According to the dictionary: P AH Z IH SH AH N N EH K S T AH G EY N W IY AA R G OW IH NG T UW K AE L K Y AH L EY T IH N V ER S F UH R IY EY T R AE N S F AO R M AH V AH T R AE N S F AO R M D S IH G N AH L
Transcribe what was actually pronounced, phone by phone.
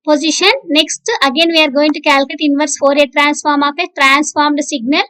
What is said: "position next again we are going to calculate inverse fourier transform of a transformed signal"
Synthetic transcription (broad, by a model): P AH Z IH SH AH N N EH K S T AH G EY N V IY AA R G OW IH NG T UW K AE L K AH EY T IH N V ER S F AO R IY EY T R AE N S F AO R M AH P AH T R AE N S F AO R M D S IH G N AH L